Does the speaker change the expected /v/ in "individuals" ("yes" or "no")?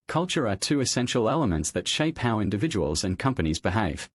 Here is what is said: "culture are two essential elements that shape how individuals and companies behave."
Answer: no